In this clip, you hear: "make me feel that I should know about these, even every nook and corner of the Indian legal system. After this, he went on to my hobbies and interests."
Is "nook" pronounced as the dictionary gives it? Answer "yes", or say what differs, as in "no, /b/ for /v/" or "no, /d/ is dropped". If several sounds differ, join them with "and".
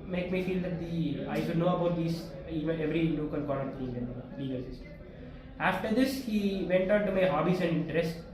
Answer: no, /l/ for /n/